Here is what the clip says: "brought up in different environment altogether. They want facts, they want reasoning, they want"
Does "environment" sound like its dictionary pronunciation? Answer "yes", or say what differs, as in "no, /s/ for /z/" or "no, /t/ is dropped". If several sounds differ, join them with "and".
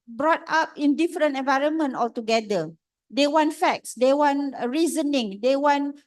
yes